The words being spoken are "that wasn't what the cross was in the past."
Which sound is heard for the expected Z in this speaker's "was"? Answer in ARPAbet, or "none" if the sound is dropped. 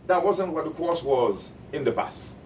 Z